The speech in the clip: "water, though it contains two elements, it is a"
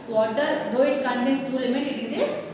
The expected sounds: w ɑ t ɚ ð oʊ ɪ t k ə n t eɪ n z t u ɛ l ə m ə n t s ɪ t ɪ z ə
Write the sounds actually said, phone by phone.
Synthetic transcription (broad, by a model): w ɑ t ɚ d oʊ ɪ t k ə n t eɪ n s t u l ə m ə t ɪ t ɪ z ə